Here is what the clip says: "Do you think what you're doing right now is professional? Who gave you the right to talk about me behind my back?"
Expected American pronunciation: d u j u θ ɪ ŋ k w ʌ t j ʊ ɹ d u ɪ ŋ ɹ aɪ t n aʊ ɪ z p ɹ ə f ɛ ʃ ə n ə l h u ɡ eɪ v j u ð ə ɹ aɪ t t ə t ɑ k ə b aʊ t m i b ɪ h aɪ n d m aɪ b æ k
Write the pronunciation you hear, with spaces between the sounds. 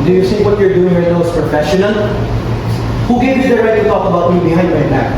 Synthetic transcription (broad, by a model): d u j u s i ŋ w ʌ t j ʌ ɹ d u ɪ ŋ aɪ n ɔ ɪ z p ɹ ə f ɛ ʃ ə n ə l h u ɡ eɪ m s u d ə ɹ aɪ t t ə t ɑ k ə b aʊ t m i b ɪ h aɪ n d m aɪ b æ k